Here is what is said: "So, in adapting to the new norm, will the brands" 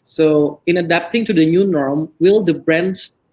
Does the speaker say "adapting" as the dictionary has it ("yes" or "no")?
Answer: yes